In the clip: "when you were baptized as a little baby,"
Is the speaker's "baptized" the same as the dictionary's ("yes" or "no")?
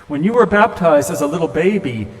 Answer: yes